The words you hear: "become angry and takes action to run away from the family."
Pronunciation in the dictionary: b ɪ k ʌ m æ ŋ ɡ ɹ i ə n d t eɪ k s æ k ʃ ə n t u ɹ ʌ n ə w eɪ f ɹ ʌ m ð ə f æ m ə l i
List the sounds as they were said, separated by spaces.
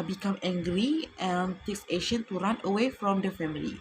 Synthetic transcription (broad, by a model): b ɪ k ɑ m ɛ ŋ ɡ ɹ i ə n t eɪ k s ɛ ʃ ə n t u ɹ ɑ n ə w eɪ f ɹ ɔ m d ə f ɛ m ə l i